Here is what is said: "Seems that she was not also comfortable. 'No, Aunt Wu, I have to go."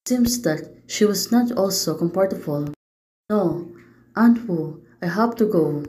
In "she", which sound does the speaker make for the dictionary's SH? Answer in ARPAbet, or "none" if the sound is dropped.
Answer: SH